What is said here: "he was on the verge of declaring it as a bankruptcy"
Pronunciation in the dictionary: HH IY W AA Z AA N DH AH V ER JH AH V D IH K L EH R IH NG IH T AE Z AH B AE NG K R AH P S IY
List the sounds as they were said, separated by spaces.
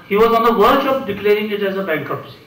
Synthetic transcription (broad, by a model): HH IY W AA Z AA N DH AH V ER SH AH P D IH K L EH R IH NG IH T AE Z AH B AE NG K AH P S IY